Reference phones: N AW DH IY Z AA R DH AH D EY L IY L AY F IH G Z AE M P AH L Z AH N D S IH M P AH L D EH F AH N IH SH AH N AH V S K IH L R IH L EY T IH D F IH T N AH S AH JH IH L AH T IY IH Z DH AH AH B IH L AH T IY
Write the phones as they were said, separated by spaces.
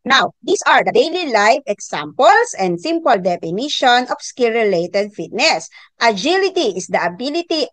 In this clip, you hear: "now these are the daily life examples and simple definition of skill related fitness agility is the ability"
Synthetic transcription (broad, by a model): N AW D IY S AA R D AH D EY L IY L AY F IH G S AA M P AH L S AH N D S IH M P AH L D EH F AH N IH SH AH N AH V S K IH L R IH L EY T IH D F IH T N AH S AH JH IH L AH T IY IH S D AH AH B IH L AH T IY